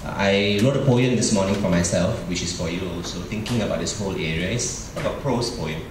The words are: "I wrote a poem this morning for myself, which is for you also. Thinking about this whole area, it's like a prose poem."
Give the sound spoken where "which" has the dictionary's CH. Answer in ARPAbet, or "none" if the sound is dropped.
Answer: CH